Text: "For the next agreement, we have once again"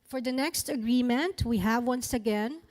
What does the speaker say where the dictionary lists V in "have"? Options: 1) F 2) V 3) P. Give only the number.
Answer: 2